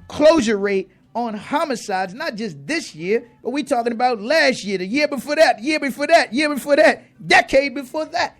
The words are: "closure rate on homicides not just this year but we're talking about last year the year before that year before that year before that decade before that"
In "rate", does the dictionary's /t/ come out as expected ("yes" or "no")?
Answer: yes